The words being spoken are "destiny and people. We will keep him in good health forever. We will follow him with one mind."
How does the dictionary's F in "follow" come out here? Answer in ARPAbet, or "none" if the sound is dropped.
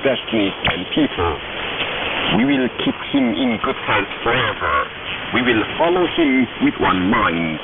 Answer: F